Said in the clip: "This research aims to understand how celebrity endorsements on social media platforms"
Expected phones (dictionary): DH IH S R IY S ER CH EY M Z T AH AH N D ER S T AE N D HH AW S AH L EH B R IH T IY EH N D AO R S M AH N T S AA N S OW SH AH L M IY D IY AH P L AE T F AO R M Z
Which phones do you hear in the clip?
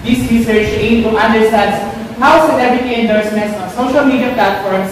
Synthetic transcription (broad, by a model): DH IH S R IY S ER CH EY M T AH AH N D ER S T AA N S HH AW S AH N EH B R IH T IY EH N D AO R S M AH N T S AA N S OW SH AH L M IY D IY AH P L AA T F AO R M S